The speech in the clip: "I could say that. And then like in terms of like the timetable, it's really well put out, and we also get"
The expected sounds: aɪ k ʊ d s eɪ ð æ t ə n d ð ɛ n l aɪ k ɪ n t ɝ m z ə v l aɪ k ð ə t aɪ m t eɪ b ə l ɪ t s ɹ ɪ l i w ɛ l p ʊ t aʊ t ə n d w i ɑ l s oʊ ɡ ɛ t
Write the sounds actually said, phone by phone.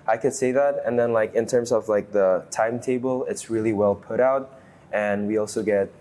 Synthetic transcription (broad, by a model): aɪ k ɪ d s eɪ ð æ t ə n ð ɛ n l aɪ k ɪ n t ɝ m z ə v l aɪ k ð ə t aɪ m t eɪ b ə l ɪ t s ɹ ɪ l i w ɛ l p ʊ t aʊ t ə n w i ɑ l s oʊ ɡ ɛ t